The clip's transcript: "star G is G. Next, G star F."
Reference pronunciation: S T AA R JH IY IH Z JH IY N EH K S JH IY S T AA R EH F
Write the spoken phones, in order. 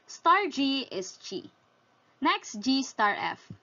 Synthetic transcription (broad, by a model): S T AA R JH IY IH S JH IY N EH K S JH IY S T AA R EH F